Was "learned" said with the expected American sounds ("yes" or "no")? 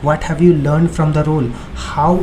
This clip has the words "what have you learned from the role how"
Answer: yes